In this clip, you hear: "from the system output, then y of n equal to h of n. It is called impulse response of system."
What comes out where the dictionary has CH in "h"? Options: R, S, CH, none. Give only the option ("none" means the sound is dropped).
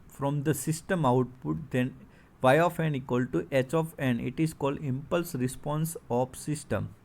CH